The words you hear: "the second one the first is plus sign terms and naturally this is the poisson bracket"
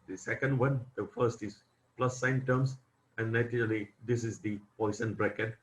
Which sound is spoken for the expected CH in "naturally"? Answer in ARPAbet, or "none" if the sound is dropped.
none